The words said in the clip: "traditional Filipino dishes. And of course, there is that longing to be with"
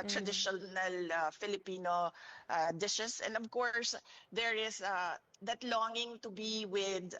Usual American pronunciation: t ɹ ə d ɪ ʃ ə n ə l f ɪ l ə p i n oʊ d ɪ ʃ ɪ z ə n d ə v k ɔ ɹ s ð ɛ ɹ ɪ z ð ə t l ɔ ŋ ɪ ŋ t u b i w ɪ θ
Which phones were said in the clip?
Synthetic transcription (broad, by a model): t ɹ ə d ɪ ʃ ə n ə l f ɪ l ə p i n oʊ d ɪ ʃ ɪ s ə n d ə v k ɔ ɹ s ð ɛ ɹ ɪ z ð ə t l ɔ ŋ ɪ ŋ t u b i w ɪ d